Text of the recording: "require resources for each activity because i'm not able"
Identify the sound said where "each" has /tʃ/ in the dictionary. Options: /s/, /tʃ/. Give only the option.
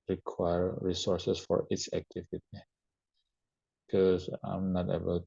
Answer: /s/